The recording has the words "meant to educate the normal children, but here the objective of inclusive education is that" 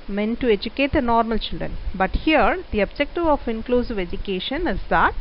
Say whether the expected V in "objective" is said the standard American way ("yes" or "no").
yes